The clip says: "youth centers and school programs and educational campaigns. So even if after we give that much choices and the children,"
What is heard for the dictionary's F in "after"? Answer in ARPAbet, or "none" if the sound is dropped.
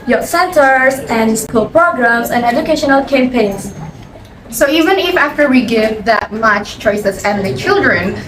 F